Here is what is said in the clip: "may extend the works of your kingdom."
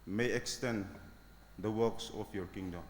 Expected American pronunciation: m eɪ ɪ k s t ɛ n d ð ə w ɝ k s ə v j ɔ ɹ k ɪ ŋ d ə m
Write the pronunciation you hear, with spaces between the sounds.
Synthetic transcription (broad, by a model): m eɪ ɪ k s t ɛ n d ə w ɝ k s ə p j ɔ ɹ k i ŋ d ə m